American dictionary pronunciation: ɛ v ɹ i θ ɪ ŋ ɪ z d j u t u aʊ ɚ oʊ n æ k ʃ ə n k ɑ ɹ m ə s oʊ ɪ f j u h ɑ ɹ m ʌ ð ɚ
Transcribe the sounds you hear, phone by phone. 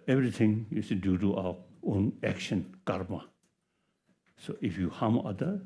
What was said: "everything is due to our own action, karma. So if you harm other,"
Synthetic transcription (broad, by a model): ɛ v ɹ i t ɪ ŋ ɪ s d j u t u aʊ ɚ oʊ n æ k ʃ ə n k ɑ ɹ m ə s oʊ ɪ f j u h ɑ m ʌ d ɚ